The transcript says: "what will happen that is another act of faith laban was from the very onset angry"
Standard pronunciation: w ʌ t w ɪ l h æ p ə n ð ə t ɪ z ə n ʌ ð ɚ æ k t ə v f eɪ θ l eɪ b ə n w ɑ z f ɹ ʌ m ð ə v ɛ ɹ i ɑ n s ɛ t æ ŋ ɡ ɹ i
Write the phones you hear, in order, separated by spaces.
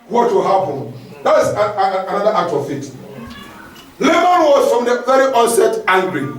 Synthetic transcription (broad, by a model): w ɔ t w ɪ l h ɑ p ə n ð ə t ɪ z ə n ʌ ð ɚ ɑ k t ə v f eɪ t l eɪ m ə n w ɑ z f ɹ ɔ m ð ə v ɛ ɹ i ɑ n s ɛ t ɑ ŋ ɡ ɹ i